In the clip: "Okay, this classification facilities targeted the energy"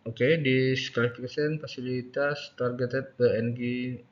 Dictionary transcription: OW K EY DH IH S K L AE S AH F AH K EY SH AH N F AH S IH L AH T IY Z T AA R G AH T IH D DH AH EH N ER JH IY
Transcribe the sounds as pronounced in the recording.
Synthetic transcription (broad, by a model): OW K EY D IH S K AA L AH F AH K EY S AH N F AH S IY L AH T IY S T AA R G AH T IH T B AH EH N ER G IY